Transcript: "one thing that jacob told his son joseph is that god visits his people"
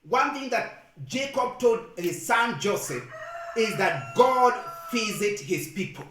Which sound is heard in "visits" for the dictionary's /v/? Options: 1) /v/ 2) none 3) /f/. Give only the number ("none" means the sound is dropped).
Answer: 3